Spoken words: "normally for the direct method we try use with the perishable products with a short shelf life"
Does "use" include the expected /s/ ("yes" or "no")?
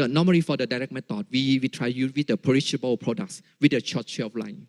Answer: no